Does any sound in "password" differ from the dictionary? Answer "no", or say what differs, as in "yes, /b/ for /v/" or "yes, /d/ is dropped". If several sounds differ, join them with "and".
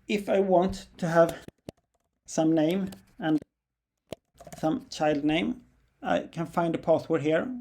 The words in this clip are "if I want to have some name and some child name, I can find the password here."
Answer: yes, /θ/ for /s/